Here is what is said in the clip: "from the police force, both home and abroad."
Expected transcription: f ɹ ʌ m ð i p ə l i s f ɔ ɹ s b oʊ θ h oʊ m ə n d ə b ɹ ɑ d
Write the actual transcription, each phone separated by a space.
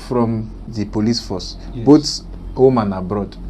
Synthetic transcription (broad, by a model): f ɹ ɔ m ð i p ə l i s f ɔ s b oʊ t h oʊ m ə n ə b ɹ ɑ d